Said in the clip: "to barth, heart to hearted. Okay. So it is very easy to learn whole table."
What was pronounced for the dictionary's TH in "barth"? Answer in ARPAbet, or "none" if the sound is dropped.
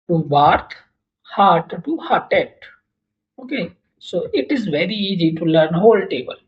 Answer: T